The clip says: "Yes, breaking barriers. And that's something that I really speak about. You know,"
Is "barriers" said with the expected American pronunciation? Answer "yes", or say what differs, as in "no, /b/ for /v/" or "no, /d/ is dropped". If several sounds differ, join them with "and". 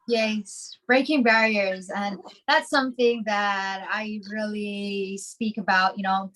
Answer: yes